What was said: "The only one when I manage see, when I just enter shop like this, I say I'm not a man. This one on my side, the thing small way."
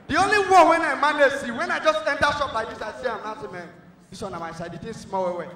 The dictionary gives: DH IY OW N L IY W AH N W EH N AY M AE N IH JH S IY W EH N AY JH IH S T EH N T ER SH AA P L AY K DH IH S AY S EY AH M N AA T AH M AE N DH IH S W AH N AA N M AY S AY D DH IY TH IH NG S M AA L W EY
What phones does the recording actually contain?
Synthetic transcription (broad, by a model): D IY OW N L IY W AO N W EH N AY M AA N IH S IY W EH N AY JH IH S T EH N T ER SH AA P L AY K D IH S AY S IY AH M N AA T AH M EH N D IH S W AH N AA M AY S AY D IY T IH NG S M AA W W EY